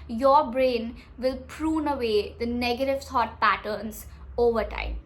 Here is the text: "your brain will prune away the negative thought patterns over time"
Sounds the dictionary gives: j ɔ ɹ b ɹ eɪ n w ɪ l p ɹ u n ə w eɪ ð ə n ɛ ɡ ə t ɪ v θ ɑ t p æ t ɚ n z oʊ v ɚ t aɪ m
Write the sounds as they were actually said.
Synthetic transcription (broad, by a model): j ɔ ɹ b ɹ eɪ n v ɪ l p ɹ u n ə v eɪ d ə n ɛ ɡ ə t ɪ v s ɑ t p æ t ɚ n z oʊ v ɚ t aɪ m